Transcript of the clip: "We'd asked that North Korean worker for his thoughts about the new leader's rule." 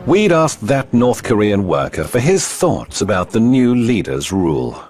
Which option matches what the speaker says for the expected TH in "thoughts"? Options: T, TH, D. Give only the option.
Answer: TH